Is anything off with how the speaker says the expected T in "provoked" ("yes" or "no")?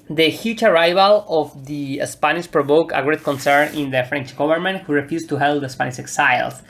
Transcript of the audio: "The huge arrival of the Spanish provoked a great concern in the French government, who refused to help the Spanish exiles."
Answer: yes